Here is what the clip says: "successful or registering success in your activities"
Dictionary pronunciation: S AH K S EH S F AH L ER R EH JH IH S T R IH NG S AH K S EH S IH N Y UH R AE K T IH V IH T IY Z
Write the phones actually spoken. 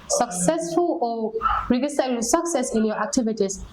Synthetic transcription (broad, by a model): S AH K S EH S F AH L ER R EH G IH S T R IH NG S AH K S EH S IH N Y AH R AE K T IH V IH T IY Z